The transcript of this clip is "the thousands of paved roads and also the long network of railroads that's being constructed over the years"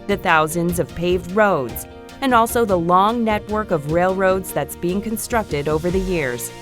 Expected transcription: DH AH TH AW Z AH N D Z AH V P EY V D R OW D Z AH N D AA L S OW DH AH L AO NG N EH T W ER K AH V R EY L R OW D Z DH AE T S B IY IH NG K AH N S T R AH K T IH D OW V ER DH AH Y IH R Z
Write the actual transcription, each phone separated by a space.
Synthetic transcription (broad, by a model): DH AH TH AW Z AH N D Z AH V P EY V D R OW D Z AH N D AA L S OW DH AH L AO NG N EH T W ER K AH V R EY L R OW D Z DH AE T S B IY IH NG K AH N S T R AH K T IH D OW V ER DH AH Y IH R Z